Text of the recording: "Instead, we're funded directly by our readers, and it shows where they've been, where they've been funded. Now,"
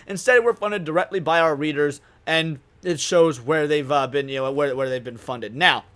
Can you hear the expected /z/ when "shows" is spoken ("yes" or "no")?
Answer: yes